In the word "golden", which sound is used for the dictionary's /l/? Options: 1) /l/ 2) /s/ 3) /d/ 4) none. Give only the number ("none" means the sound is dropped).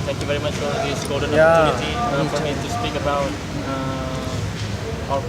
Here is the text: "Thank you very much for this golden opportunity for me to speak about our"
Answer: 4